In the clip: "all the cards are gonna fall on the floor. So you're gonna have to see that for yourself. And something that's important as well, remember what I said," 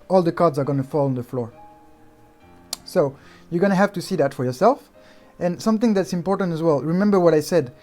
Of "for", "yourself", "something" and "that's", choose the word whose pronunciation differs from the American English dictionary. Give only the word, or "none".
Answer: none